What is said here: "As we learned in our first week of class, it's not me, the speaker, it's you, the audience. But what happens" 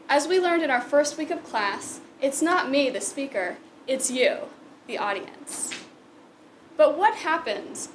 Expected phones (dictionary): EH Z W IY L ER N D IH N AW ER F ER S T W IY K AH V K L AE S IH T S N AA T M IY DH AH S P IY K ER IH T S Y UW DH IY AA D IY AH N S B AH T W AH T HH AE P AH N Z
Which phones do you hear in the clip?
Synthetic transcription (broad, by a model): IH Z W IY L ER N D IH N AW ER F ER S T W IY K AH V K L AE S IH T S N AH T M IY DH AH S P IY K ER IH T S Y UW DH IY AA D IY AH N S B AH T W AH T HH AE P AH N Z